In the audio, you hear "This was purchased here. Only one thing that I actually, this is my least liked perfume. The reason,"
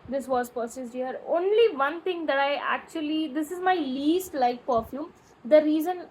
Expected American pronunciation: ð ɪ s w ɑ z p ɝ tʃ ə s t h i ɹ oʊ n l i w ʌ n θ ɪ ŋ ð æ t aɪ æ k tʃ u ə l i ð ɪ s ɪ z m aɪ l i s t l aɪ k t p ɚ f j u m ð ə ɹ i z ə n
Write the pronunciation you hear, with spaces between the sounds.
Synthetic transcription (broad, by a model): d ɪ s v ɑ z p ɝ s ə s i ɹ oʊ n l i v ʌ n t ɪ ŋ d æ t aɪ æ k tʃ u ə l i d ɪ s ɪ z m aɪ l i s t l aɪ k p ɚ f j u m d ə ɹ i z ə n